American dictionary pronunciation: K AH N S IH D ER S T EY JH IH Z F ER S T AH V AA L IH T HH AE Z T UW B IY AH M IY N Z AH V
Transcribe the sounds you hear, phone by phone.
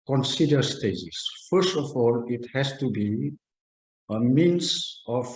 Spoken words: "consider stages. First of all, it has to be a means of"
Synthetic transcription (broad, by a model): K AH N S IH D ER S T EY Z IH S F ER S T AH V AA L IH T HH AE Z T UW B IY AH M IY N S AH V